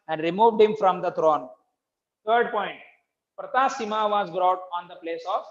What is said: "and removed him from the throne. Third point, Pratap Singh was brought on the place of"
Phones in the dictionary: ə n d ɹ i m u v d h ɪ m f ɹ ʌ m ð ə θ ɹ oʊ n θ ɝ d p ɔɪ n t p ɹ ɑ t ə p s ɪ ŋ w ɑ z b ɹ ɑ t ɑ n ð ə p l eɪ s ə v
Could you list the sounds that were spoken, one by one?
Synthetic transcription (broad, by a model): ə n d ɹ i m u v d h ɪ m f ɹ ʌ m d ə t ɹ oʊ n t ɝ d p ɔɪ n t p ɹ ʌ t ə s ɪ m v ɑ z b ɹ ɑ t ɑ n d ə p l eɪ s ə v